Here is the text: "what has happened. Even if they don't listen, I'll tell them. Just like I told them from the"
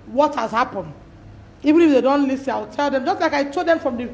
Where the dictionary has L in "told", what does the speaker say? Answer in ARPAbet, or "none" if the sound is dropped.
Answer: none